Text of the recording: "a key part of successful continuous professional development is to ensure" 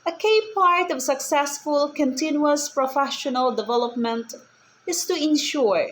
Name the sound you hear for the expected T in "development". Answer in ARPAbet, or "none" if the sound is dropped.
T